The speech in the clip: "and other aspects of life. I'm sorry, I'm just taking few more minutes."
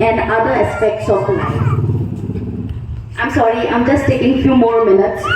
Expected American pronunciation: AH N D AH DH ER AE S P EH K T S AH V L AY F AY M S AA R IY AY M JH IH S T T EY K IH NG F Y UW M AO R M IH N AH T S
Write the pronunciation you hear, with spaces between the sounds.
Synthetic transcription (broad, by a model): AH N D AH ER S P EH K T S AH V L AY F AY M S AA R IY AY M JH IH S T T EY K IH NG F Y UW M AO R M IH N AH T S